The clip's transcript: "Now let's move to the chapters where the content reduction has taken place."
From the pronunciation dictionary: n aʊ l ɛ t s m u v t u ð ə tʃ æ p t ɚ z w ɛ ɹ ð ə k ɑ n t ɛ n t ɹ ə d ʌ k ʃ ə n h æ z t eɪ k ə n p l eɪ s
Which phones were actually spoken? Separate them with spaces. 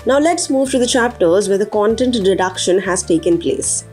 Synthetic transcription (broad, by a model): n aʊ l ɛ t s m u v t u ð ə tʃ æ p t ɚ z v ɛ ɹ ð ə k ɑ n t ɛ n t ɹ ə d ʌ k ʃ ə n h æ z t eɪ k ə n p l eɪ s